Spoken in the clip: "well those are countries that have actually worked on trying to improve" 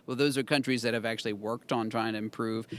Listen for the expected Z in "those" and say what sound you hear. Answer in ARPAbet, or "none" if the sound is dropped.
Z